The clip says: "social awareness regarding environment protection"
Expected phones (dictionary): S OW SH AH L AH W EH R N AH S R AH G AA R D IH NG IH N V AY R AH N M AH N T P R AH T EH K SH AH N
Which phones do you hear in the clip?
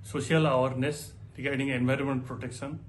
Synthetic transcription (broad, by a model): S OW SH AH L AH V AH R N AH S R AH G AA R D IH NG IH N V AY R AH N M AH N T P R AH T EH K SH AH N